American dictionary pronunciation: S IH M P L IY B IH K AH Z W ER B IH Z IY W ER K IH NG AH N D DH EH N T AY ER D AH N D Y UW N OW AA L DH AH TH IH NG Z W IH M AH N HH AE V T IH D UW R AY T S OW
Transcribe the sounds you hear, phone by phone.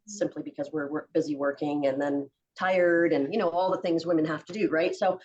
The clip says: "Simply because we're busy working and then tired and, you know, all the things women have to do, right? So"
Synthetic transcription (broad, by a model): S IH M P L IY B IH K AH Z W ER B IH Z IY W ER K IH NG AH N DH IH N T AY ER D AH N Y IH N OW AA L DH AH TH IH NG Z W IH M AH N HH AE F T IH D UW R AY T S OW